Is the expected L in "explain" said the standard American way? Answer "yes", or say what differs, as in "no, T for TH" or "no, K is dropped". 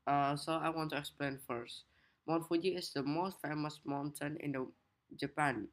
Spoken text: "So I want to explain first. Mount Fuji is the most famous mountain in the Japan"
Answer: yes